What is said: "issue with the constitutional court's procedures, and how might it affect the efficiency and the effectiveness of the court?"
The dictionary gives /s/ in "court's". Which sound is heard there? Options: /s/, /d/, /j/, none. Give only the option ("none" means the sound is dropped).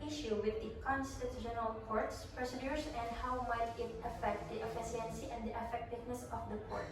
/s/